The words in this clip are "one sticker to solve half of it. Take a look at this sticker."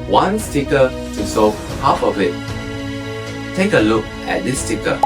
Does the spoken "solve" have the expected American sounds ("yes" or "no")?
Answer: no